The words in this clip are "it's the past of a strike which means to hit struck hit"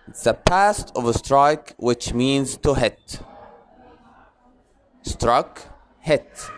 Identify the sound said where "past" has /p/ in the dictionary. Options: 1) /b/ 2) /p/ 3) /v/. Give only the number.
2